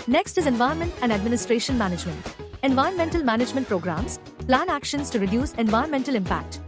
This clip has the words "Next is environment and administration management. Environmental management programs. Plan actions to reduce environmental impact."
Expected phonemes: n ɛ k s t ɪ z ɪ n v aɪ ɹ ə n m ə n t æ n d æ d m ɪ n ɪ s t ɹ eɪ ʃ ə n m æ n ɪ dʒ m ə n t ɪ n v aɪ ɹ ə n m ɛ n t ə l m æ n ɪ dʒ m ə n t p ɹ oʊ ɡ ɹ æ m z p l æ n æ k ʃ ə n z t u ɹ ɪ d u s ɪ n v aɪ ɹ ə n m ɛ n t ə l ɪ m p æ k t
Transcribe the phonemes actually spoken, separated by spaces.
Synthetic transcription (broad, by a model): n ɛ k s t ɪ z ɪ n v aɪ ə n m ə n t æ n d æ d m ɪ n ɪ s t ɹ eɪ ʃ ə n m æ n ɪ dʒ m ə n t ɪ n v aɪ ə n m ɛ n t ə l m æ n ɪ dʒ m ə n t p ɹ oʊ ɡ ɹ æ m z p l æ n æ k ʃ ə n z t u ɹ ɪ d u s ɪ n v aɪ ə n m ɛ n t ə l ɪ m p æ k t